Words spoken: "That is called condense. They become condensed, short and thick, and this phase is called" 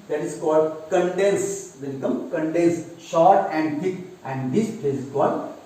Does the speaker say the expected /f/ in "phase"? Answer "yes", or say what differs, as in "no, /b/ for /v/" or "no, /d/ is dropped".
no, /p/ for /f/